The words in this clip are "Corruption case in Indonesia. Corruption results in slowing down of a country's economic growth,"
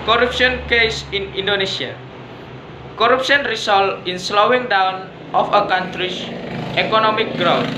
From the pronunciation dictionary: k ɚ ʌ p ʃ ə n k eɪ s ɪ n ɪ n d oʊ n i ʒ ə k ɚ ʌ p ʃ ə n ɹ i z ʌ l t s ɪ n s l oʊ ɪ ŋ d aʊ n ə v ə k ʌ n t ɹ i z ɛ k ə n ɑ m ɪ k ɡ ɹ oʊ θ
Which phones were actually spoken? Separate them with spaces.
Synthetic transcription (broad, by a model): k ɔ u p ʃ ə n k eɪ s ɪ n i n d oʊ n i s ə k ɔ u p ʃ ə n ɹ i s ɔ l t ɪ n s l oʊ ɪ ŋ d aʊ n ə f ə k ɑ n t ɹ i s ɛ k ə n ɑ m ɪ k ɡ ɹ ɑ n